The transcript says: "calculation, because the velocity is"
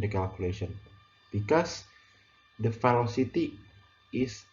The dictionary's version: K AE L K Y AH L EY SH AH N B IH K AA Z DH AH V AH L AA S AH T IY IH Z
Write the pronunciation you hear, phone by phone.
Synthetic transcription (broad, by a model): K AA L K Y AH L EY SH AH N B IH K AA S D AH F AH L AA S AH T IY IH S